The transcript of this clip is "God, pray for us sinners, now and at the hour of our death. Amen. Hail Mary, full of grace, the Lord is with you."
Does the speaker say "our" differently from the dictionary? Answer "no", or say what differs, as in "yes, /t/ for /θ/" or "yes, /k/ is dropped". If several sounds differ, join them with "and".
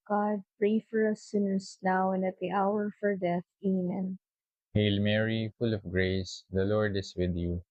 no